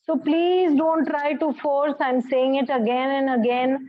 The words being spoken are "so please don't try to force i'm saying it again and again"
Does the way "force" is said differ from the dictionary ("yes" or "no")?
no